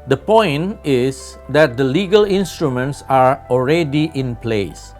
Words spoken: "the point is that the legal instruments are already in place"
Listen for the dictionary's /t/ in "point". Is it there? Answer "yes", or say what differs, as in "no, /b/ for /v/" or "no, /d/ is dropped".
no, /t/ is dropped